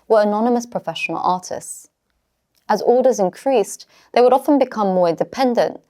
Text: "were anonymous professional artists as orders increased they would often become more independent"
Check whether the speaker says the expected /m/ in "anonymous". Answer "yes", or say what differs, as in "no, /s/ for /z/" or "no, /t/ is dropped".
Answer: yes